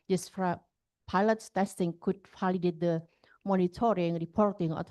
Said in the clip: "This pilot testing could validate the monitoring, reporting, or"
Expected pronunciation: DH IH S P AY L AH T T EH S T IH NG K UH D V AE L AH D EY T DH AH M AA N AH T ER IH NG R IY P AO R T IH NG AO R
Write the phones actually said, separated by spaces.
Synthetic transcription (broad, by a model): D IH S P AY L AH T T EH S T IH NG K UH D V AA L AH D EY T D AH M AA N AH T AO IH NG R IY P AO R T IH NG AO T